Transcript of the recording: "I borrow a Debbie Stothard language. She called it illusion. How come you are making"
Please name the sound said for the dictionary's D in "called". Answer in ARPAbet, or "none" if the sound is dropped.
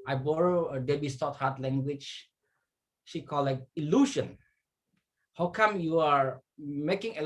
none